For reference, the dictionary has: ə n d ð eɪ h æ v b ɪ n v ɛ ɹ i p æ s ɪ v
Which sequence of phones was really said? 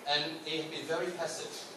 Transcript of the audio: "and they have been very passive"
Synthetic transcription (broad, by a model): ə n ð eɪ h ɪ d b ɪ n v ɛ ɹ i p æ s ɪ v